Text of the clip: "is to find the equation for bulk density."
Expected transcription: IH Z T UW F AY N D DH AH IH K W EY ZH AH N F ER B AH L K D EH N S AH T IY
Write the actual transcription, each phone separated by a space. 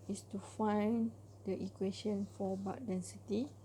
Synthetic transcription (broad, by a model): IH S T UW F AY N D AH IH K W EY SH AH N F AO B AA K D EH N S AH T IY